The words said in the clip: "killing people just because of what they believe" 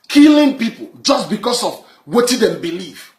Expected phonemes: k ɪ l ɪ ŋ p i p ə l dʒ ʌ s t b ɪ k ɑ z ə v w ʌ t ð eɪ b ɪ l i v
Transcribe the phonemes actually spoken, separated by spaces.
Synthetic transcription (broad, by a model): k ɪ l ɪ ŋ p i p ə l dʒ ʌ s t b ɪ k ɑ s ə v w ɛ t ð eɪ b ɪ l i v